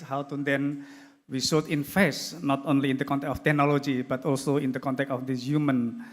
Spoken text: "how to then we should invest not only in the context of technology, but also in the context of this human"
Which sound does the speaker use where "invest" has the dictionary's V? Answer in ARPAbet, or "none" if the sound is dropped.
F